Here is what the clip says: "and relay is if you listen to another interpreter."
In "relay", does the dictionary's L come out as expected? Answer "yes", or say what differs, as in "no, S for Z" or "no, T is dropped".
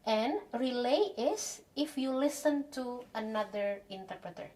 yes